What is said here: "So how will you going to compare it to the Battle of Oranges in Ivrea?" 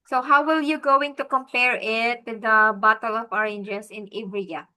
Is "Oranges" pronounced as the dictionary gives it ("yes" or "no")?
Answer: no